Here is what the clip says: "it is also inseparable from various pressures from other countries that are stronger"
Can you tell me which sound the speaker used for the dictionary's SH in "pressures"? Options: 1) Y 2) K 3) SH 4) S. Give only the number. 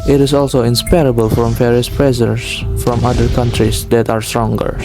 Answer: 4